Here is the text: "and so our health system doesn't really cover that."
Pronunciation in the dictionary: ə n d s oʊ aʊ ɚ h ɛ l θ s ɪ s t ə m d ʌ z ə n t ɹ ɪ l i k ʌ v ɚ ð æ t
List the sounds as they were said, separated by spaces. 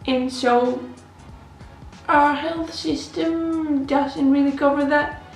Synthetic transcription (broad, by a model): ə n s oʊ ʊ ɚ h ɛ l θ s ɪ s t ə m d ʌ z ə n t ɹ ɪ l i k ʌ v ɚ ð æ t